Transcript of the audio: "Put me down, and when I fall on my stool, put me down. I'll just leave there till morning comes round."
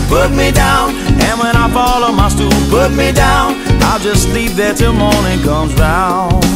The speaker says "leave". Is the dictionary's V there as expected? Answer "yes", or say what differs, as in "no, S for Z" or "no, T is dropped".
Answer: no, P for V